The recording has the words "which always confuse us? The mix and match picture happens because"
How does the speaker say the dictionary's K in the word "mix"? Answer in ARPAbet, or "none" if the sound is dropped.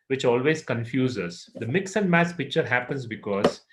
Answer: K